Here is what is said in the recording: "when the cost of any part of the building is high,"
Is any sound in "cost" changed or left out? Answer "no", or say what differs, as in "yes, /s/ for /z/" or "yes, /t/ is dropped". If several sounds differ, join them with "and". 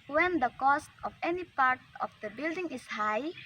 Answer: no